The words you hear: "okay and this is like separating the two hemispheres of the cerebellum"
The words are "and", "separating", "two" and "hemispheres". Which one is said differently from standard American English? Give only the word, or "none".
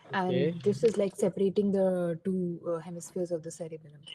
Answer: none